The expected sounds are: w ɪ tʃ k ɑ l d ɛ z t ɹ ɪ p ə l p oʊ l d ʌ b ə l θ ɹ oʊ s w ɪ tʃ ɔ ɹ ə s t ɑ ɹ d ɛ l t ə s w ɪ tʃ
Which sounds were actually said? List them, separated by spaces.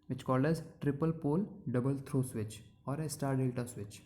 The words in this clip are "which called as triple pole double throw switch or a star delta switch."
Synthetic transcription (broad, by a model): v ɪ tʃ k ɑ l d ɛ z t ɹ ɪ p ə l p oʊ l d ʌ b ə l t ɹ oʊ s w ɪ tʃ ɔ ɹ ə s t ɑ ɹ d ɛ l t ə s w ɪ tʃ